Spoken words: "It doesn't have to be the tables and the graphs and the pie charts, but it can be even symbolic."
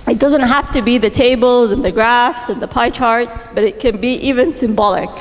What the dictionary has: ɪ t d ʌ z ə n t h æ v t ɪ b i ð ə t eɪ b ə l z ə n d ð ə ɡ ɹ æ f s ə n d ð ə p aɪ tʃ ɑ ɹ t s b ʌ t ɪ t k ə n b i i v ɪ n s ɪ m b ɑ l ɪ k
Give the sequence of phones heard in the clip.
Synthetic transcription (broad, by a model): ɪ t d ʌ z ə n t h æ f t ɪ b i ð ə t eɪ b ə l z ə n ð ə ɡ ɹ æ f s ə n ð ə p aɪ tʃ ɑ ɹ t s b ʌ t ɪ t k ə n b i i v ɪ n s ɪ m b ɑ l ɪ k